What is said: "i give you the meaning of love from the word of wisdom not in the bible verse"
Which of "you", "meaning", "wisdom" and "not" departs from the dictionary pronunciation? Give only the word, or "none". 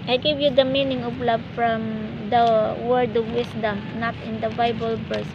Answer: wisdom